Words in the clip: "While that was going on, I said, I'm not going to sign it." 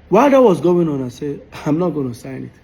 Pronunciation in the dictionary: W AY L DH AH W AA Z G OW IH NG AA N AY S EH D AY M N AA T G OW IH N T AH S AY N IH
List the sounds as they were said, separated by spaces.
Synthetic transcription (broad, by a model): W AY L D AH W AA Z G OW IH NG AA N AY S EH AY M N AA T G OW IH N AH S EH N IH